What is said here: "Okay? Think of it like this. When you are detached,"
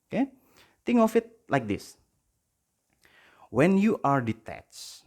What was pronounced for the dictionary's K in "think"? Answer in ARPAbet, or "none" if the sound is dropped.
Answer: none